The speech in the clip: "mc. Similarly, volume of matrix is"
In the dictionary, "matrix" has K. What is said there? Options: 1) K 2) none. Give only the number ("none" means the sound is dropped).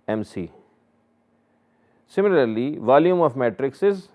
1